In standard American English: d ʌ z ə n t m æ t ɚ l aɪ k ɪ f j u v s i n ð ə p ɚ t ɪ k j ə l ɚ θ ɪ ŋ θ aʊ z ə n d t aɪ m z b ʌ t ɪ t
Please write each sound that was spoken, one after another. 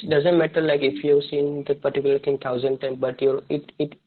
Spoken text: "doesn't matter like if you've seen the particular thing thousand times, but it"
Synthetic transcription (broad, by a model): d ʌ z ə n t m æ t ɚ l aɪ k ɪ f j u v s i n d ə p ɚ t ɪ k j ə l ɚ t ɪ ŋ t aʊ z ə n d t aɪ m b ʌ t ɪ t